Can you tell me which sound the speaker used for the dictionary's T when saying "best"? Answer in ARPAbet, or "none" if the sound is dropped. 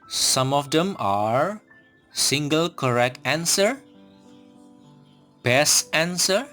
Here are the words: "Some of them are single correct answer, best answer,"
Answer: none